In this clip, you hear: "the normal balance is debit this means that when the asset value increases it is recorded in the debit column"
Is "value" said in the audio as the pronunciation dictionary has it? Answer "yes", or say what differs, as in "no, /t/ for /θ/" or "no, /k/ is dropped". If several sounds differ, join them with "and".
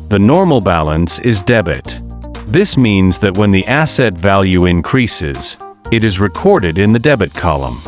yes